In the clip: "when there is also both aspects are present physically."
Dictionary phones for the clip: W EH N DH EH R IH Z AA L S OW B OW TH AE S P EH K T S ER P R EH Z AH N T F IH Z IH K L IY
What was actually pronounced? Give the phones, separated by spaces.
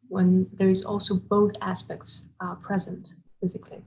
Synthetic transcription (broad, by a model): W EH N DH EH R IH Z AA L S OW B OW TH AE S P EH K T S P R EH Z AH N T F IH Z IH K L IY